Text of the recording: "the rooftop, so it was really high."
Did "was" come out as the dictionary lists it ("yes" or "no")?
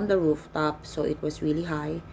no